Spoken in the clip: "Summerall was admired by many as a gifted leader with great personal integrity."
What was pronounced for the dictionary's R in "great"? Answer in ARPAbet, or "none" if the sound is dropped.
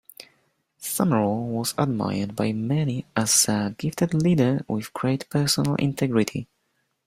R